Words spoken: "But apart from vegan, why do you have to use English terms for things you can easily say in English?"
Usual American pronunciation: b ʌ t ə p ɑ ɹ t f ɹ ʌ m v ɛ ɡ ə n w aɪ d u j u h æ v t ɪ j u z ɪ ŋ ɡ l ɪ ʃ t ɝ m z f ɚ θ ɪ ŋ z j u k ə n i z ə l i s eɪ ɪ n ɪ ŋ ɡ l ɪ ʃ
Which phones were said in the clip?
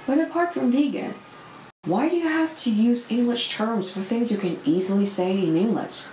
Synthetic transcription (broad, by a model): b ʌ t ə p ɑ ɹ t f ɹ ʌ m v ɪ ɡ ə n w aɪ d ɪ j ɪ h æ f t ɪ j u z ɪ ŋ ɡ l ɪ ʃ t ɝ m z f ɚ θ ɪ ŋ z j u k ə n i z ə l i s eɪ ɪ n ɪ ŋ ɡ l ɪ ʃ